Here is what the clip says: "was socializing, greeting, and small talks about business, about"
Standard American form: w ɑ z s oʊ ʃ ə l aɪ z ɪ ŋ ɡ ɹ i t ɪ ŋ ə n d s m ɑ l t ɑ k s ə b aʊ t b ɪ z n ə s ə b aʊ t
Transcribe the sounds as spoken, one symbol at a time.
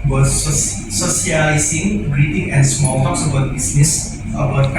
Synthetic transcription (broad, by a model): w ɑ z s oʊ s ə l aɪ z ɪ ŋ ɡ ɹ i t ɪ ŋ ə n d s m ɑ l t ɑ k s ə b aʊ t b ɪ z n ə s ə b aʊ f